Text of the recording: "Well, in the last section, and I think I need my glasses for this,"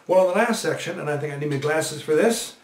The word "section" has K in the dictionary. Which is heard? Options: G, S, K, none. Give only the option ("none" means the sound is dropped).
K